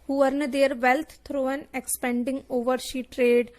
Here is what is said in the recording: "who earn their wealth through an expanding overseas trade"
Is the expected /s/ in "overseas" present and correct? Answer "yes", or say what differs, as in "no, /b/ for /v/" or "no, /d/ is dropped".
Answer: no, /ʃ/ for /s/